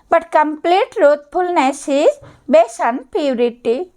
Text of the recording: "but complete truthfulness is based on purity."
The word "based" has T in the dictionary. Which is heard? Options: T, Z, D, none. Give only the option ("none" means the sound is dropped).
none